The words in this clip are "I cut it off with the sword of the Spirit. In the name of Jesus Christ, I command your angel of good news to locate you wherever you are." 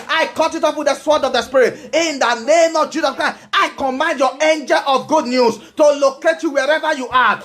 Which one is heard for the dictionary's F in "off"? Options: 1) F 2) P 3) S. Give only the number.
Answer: 2